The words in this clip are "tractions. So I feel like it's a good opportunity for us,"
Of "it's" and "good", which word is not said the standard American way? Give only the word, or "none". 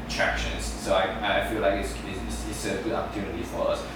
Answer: it's